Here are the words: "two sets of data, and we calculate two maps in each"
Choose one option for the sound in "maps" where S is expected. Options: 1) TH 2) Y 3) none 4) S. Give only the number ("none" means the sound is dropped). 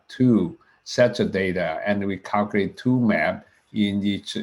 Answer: 3